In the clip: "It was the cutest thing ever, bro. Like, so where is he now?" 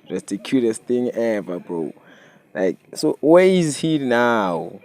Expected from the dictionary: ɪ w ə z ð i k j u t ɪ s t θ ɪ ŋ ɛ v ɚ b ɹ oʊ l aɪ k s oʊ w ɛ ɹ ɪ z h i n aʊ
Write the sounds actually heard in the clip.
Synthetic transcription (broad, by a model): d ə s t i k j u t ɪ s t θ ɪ ŋ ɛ v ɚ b oʊ l aɪ k s oʊ w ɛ ɪ z h i n aʊ